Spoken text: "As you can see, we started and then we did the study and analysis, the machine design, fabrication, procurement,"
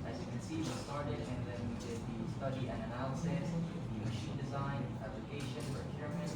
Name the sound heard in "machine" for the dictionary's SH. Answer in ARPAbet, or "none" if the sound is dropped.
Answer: SH